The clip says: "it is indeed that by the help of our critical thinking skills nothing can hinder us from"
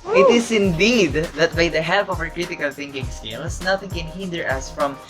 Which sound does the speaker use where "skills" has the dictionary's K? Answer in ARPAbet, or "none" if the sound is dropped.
none